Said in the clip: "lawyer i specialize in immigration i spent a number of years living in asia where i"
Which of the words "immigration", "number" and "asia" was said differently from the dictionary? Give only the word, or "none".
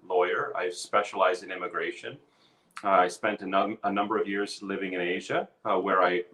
none